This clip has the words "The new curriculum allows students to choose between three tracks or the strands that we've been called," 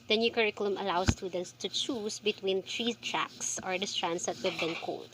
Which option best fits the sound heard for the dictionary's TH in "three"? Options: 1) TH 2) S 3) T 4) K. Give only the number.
3